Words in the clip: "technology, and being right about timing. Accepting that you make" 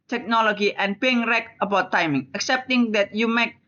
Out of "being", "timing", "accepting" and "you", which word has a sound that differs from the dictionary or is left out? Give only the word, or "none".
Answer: none